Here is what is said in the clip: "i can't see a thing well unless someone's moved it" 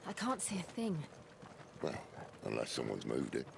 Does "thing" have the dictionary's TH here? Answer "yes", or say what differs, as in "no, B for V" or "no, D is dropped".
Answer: yes